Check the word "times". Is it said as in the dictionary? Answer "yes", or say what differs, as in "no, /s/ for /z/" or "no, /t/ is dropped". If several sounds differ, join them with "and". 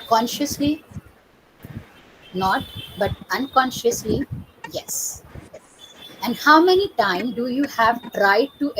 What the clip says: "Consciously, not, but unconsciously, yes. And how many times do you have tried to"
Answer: no, /z/ is dropped